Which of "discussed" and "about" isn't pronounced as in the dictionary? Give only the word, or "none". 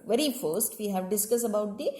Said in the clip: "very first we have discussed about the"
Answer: discussed